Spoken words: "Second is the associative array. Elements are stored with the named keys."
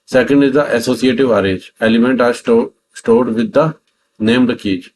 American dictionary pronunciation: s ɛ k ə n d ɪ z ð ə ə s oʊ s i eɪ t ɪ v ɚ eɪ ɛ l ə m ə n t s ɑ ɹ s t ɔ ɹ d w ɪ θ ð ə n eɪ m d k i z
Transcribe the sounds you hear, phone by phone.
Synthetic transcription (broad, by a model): s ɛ k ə n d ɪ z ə ə s oʊ s i eɪ t ɪ v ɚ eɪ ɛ l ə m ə n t ɑ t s t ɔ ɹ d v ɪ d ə n eɪ m d k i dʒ